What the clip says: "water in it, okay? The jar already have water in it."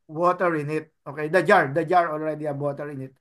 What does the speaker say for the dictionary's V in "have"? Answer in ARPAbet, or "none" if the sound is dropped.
B